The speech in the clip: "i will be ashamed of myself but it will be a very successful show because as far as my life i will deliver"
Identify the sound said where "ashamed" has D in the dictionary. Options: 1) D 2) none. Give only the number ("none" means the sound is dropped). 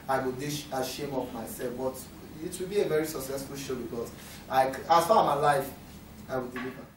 2